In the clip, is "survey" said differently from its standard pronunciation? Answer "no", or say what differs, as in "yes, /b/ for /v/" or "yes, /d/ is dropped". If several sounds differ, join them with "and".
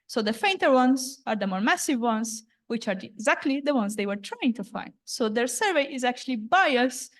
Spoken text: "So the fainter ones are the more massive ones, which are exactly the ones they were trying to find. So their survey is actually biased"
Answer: no